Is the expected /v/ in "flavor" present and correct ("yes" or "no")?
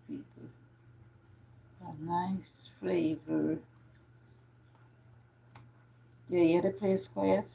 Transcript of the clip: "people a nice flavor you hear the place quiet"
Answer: yes